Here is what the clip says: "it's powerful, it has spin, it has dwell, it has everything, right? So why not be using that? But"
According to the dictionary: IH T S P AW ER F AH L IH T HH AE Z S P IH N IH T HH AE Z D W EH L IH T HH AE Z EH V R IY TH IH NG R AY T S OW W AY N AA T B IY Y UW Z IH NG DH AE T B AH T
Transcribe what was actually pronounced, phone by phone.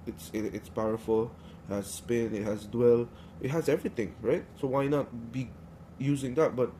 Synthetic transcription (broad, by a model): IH T S P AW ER F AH L IH T HH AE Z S P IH N IH T HH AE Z D W EH L IH T HH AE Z EH V R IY T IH NG R AY T S OW W AY N AA T B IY Y UW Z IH NG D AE T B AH T